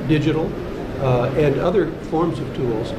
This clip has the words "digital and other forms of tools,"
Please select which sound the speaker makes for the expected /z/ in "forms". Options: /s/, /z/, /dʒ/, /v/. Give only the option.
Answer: /z/